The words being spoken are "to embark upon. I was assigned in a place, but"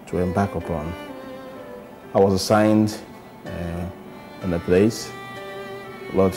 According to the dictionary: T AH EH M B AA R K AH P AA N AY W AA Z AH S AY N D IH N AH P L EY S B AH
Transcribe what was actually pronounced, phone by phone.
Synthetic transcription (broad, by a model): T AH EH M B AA K AH P AA N AY W AA Z AH S AY N D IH N AH P L EY S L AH